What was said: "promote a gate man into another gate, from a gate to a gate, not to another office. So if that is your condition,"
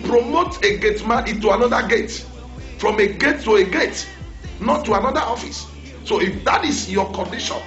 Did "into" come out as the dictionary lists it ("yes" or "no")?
no